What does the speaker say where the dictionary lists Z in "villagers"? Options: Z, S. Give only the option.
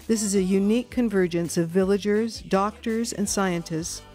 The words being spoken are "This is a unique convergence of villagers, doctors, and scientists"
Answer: Z